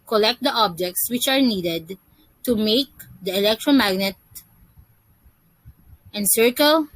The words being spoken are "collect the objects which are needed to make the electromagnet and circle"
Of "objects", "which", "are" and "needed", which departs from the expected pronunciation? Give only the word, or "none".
none